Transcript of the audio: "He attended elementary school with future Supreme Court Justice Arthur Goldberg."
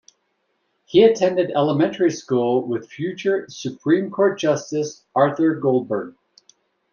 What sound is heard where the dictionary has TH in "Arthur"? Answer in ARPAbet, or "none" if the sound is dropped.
TH